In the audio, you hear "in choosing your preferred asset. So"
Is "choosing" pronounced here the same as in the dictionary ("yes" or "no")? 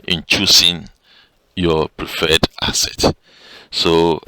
no